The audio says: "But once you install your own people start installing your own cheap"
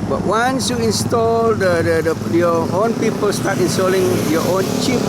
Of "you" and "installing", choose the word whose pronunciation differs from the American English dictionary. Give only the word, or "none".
none